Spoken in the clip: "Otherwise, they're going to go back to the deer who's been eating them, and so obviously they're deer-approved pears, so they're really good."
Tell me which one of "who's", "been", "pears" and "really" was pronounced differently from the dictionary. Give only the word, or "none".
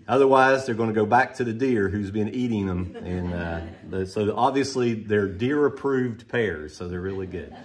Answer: none